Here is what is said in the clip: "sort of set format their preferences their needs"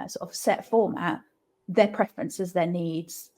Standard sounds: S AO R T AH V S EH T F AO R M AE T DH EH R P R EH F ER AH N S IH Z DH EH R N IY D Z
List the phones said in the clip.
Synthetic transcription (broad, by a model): S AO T AH V S EH T F AO M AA T DH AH P R EH F ER AH N S IH Z DH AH N IY D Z